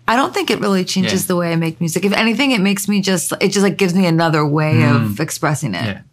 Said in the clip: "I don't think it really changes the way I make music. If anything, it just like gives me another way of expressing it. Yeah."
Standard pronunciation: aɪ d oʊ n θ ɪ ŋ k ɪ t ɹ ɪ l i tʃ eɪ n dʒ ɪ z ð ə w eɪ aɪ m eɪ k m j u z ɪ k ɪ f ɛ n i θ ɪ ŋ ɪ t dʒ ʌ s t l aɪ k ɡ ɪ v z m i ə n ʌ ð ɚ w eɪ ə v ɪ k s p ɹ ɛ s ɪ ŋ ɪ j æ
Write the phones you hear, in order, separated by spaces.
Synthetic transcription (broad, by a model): aɪ d oʊ n θ ɪ ŋ k ɪ t ɹ ɪ l i tʃ eɪ n dʒ ɪ z ð ə w eɪ aɪ m eɪ k m j u z ɪ k ɪ f ɛ n i θ ɪ ŋ ɪ t dʒ ʌ s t l aɪ k ɡ ɪ v z m i ə n ʌ ð ɚ w eɪ ə v ɪ k s p ɹ ɛ s ɪ ŋ ɪ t